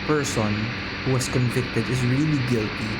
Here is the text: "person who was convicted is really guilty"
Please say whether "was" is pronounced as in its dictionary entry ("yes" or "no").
no